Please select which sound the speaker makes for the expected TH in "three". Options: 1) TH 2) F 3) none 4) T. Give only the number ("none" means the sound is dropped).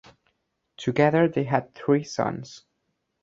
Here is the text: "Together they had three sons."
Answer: 1